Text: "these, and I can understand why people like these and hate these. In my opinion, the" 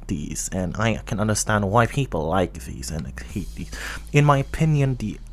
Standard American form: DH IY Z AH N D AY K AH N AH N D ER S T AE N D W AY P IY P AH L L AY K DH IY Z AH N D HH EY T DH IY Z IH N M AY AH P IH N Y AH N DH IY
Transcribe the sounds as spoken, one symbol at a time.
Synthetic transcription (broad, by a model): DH IY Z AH N AY K AH N AH N D ER S T AE N D W AY P IY P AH L L AY K DH IY Z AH N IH HH EY T DH IY Z IH N M AY AH P IH N Y AH N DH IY